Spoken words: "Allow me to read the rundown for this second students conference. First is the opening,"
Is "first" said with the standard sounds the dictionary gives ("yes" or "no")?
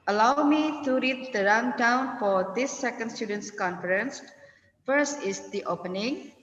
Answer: yes